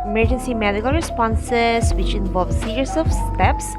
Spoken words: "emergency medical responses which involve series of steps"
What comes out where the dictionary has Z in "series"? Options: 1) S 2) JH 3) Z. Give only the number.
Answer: 1